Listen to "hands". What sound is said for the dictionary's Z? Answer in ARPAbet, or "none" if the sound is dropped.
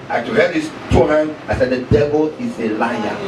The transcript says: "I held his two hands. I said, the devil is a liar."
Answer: none